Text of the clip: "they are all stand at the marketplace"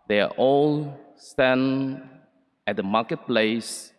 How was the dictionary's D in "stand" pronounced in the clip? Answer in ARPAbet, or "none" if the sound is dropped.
none